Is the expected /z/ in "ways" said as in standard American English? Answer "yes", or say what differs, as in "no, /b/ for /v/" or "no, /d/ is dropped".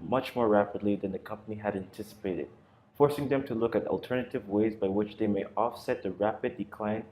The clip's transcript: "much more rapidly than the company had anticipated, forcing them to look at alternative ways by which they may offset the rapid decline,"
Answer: yes